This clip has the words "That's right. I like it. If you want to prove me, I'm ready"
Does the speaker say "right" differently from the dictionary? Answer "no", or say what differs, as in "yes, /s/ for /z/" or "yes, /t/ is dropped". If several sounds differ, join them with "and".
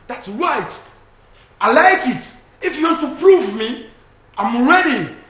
no